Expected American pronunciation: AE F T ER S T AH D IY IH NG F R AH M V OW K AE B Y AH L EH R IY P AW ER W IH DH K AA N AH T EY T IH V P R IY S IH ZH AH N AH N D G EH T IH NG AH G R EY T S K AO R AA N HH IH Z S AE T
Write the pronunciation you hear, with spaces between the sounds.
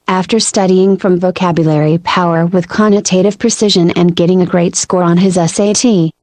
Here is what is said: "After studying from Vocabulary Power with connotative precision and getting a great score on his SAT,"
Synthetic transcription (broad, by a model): AE F T ER S T AH D IY IH NG F R AH M V OW K AE B Y AH L EH R IY P AW ER W IH DH K AA N AH T EY T IH V P R IY S IH ZH AH N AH N G EH T IH NG AH G R EY T S K AO R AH N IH Z S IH T